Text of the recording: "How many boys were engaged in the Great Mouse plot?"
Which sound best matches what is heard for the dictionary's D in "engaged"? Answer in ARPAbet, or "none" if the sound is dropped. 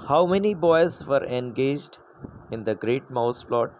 D